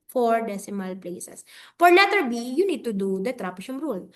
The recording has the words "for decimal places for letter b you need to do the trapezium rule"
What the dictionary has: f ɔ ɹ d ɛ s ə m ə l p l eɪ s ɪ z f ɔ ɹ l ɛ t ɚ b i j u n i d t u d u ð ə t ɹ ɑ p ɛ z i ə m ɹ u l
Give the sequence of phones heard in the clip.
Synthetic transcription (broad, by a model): f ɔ ɹ d ɛ s ə m ə l p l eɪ s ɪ s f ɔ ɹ n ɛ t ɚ b i j u n i d t u d u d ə t ɹ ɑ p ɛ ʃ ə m ɹ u l